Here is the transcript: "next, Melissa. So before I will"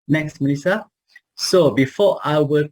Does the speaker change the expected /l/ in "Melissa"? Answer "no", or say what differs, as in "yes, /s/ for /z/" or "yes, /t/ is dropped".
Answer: yes, /n/ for /l/